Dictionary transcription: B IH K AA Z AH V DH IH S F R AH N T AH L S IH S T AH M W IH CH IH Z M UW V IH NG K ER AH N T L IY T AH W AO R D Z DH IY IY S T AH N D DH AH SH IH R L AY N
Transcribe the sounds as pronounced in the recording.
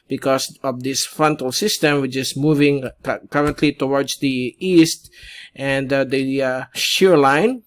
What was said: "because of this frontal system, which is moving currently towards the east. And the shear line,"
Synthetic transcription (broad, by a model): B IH K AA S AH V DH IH S F R AH N T AH L S IH S T AH M W IH CH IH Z M UW V IH NG K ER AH N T L IY T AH W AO R D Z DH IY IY S T AH N D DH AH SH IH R L AY N